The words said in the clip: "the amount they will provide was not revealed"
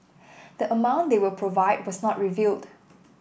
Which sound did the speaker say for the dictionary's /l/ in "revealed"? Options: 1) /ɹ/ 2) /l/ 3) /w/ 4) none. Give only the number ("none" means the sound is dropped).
2